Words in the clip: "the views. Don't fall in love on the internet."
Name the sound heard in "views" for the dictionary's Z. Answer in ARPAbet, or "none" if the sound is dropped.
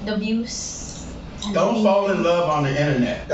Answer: S